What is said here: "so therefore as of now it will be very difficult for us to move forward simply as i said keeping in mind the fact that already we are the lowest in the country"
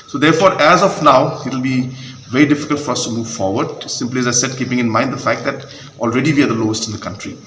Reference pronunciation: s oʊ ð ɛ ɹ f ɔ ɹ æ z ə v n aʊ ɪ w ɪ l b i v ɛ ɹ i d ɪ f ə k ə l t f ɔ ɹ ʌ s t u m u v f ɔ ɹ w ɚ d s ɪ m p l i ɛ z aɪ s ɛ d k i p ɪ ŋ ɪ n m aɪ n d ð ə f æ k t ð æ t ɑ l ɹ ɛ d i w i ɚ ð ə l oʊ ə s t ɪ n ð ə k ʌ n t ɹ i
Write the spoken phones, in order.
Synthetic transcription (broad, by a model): s oʊ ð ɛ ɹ f ɔ ɹ æ z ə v n aʊ ɪ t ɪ l b i v ɛ ɹ i d ɪ f ə k ə l t f ɔ ɹ ʌ s t u m u v f ɔ ɹ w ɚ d s ɪ m p l i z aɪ s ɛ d k i p ɪ ŋ ɪ n m aɪ n d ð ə f æ k t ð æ t ɑ l ɹ ɛ d i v i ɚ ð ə l oʊ ə s t ɪ n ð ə k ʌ n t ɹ i